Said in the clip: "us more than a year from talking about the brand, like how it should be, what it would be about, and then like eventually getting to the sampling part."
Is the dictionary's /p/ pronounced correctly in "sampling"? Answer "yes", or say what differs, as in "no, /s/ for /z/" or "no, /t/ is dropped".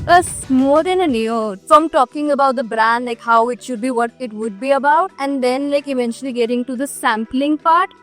yes